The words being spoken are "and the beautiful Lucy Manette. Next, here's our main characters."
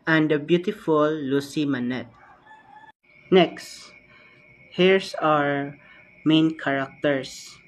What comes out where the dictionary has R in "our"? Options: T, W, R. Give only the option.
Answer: R